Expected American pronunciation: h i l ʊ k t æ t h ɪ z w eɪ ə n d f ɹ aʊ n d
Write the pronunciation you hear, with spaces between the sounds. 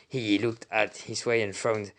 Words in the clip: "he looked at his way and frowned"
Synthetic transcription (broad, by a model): h i l ʊ k t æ t h ɪ z w eɪ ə n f ɹ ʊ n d